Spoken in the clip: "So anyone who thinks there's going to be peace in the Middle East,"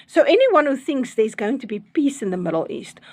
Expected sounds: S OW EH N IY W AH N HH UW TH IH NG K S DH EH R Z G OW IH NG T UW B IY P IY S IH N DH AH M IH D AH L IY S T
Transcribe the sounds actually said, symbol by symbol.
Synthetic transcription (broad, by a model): S OW EH N IY W AH N HH UW TH IH NG K S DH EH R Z G OW IH NG T UW B IY P IY S IH N DH AH M IH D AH L IY S T